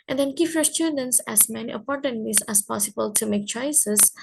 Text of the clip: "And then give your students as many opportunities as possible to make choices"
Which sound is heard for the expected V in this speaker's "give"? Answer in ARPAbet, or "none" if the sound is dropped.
P